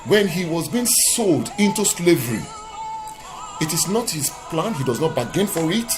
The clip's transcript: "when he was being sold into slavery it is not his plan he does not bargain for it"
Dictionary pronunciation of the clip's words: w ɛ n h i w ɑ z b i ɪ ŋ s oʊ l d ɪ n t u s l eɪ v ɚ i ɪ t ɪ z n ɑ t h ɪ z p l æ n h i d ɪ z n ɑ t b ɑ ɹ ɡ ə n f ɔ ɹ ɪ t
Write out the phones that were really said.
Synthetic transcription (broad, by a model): w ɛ n h i w ɑ z b i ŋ s oʊ l d ɪ n t u s l eɪ v ɚ i ɪ t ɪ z n ɑ t h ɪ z p l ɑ n h i d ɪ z n ɑ t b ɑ ɡ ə n f ɔ ɹ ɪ t